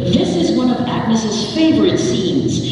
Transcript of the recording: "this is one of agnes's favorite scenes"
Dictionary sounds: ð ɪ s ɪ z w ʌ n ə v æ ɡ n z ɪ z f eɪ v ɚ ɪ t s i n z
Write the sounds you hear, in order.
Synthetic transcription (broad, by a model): ð ɪ s ɪ z w ʌ n ə v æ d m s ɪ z f eɪ v ɚ ɪ t s i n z